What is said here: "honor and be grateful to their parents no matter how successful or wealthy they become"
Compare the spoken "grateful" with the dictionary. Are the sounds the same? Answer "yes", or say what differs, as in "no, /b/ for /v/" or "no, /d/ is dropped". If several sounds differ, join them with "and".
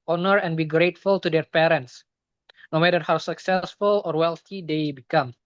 yes